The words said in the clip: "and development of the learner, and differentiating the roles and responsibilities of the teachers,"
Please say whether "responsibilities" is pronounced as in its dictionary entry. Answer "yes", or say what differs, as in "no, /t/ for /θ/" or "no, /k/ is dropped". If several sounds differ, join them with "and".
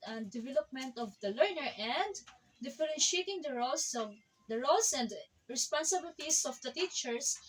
no, /s/ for /z/